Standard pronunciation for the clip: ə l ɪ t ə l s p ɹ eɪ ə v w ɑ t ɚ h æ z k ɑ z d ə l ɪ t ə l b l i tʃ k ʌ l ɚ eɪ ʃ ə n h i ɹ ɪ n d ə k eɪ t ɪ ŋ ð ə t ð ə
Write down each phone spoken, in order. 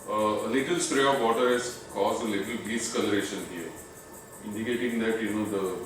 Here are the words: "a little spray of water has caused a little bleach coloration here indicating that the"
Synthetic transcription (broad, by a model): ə l ɪ t ə l s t ɹ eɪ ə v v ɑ t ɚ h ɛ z k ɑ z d ə l ɪ t ə l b i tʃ k ʌ l ɚ eɪ ʃ ə n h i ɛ ɪ n d ə k eɪ t ɪ ŋ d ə t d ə